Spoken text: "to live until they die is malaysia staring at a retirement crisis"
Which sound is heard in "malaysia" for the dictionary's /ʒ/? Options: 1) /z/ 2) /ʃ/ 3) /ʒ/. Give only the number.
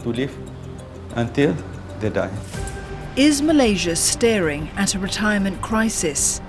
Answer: 3